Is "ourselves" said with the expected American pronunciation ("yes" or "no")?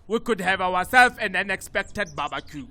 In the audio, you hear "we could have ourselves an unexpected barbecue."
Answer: no